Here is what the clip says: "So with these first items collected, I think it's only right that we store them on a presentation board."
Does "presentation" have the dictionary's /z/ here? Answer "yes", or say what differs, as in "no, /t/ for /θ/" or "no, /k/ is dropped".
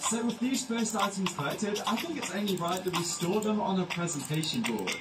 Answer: yes